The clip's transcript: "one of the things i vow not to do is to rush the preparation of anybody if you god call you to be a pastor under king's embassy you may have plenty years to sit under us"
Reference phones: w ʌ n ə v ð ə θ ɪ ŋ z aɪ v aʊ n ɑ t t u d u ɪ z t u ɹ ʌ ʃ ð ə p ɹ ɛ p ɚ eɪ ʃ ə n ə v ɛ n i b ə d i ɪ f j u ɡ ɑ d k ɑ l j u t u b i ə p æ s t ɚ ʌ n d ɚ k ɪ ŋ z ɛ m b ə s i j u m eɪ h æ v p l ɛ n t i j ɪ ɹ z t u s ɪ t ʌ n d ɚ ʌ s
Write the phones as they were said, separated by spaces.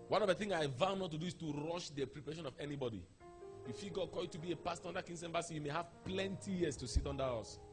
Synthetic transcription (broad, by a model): w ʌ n ə v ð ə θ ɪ ŋ aɪ v aʊ n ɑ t t u d u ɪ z t u ɹ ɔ ʃ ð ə p ɹ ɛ p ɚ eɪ ʃ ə n ə v ɛ n i b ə d i ɪ f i ɡ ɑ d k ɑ j u t u b i ə p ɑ s t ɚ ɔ n d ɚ k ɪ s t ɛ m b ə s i j u m eɪ h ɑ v p l ɛ n t i j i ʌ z t u s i t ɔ n d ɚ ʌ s